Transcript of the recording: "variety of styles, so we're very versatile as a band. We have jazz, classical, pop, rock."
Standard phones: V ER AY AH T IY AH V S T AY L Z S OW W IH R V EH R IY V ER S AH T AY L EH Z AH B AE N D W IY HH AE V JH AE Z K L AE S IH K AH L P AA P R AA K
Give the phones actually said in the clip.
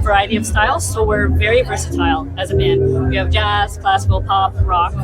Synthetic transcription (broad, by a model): V ER AY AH T IY AH V S T AY L Z S OW W IH R V EH R IY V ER S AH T AY L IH Z AH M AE N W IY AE V JH AE Z K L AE S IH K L P AA P R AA K